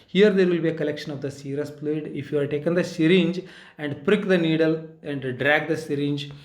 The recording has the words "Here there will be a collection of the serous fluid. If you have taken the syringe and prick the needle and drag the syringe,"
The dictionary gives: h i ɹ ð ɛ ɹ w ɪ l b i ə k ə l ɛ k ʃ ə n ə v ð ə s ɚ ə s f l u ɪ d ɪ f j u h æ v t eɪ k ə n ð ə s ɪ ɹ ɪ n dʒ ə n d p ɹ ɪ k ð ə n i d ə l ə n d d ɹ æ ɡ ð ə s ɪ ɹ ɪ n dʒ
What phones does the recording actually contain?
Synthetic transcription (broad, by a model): h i ɹ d ɛ ɹ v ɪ l b i ə k ə l ɛ k ʃ ə n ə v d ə s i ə s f l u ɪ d ɪ f j u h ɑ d t eɪ k ə n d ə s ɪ ɹ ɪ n dʒ ə n d p ɹ ɪ k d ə n i d ə l ə n d d ɹ æ ɡ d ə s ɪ ɹ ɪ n dʒ